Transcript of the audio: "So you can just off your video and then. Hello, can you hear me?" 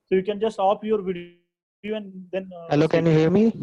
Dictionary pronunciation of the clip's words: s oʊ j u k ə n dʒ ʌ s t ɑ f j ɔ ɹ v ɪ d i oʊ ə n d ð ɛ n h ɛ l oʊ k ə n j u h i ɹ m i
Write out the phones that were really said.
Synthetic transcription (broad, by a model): s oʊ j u k ə n dʒ ʌ s t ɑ p j ɔ ɹ v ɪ d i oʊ ə n d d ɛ n h ɛ l oʊ k ə n j u h i ɹ m i